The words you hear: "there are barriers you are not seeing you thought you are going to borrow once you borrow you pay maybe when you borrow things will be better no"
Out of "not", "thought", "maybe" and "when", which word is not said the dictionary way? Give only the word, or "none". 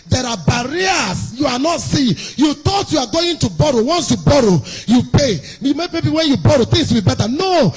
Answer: thought